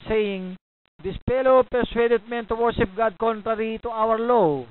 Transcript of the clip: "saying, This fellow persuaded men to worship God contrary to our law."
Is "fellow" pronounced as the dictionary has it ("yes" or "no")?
no